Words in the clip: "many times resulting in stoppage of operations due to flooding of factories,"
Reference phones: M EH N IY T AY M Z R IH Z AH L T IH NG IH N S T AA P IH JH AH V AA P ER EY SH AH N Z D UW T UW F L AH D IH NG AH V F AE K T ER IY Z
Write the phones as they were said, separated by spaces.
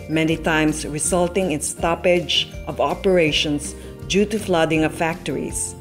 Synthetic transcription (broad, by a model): M EH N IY T AY M S R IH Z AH L T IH NG IH N S T AA P IH JH AH V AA P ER EY SH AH N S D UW T UW F L AH D IH NG AH V F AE K T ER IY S